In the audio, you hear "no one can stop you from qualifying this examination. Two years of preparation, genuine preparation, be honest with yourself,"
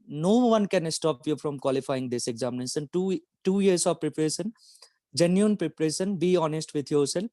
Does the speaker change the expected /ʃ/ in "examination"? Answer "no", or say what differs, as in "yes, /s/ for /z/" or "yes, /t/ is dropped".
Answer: yes, /s/ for /ʃ/